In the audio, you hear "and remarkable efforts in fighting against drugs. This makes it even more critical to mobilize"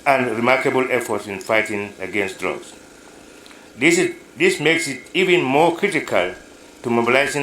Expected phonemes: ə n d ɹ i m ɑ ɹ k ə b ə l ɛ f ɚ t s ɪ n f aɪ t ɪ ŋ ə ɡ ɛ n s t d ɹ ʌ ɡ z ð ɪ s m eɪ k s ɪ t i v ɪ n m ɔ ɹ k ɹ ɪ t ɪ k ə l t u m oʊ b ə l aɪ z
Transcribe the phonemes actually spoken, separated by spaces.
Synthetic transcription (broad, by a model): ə n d ɹ i m ɑ ɹ k ə b ə l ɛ f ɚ t s ɪ n f aɪ t ɪ ŋ ə ɡ ɛ n s t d ɹ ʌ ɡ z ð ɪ s m eɪ k s ɪ t i v ɪ n m ɔ ɹ k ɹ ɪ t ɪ k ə l t u m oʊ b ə l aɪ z